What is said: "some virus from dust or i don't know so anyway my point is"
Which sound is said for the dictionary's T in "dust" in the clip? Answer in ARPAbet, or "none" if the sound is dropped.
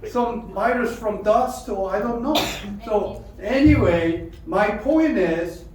T